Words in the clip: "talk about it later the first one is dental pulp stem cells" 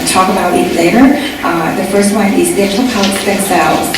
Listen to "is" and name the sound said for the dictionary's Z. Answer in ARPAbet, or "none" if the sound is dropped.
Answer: Z